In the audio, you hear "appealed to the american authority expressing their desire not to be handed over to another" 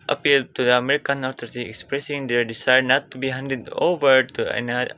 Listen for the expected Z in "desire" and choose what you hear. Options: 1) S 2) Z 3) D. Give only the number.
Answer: 1